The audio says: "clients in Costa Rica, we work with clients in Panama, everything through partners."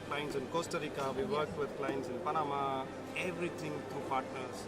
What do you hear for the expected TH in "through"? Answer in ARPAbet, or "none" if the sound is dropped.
T